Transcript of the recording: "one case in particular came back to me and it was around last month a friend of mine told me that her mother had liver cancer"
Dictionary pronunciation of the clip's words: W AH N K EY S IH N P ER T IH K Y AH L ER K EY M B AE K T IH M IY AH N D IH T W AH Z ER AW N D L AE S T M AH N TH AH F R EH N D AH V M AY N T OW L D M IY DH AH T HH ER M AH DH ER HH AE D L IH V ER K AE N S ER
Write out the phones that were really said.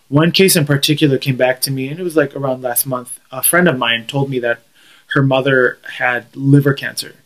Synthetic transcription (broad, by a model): W AH N K EY S IH N P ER T IH K Y L ER K EY M B AE K T IH M IY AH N IH T W AH Z ER AW N D L AE S T M AH N TH AH F R EH N D AH V M AY N T OW L D M IY DH AH T HH ER M AH DH ER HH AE D L IH V ER K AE N S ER